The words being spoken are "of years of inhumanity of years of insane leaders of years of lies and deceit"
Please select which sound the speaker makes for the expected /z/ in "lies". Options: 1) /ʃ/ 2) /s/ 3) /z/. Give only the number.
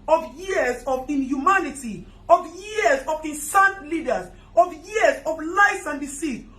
2